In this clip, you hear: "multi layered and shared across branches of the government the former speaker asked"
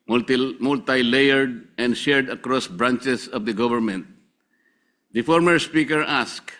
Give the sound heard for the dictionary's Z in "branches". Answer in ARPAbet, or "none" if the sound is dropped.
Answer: S